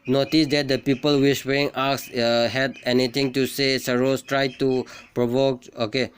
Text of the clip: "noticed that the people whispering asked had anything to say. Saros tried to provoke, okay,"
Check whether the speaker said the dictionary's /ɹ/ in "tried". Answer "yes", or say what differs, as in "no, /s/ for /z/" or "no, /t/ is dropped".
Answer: yes